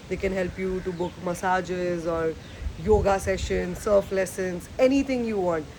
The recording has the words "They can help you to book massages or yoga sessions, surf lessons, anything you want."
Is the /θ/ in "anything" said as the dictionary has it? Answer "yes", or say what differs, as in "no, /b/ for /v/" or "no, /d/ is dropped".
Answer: no, /t/ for /θ/